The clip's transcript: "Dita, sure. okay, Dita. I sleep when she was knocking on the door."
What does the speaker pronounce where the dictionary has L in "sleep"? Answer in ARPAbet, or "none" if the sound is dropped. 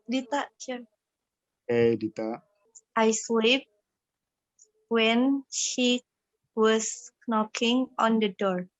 W